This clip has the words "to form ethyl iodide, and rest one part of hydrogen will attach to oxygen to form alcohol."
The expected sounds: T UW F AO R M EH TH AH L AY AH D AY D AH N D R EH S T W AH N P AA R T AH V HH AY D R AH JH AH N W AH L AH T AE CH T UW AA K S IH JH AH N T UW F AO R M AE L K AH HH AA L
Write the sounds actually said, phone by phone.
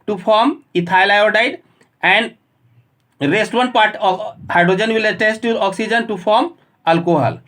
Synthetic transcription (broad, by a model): T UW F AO R M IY T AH L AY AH D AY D AH N D R EH S T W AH N P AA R T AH HH AY D R AH JH AH N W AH L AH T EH S T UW AA K S IH JH AH N T UW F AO R M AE L K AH HH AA L